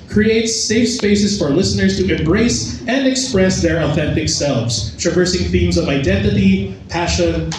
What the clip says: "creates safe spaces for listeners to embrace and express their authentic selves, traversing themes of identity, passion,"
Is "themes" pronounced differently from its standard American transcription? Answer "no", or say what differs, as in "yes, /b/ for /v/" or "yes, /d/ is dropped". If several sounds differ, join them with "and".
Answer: no